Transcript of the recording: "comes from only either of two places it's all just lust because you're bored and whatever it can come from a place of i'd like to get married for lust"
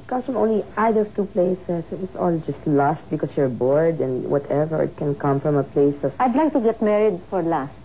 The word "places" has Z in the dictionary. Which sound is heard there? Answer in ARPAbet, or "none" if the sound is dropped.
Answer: S